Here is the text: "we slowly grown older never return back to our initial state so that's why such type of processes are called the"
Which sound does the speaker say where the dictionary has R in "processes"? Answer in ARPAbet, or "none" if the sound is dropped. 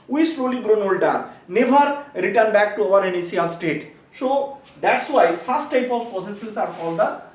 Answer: none